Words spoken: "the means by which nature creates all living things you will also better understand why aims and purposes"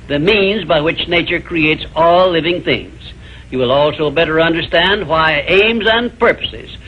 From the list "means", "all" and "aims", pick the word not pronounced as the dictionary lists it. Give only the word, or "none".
none